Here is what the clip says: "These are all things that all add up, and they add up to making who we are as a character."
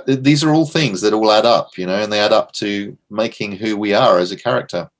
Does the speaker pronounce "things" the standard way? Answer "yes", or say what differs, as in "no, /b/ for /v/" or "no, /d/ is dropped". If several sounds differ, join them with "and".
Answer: yes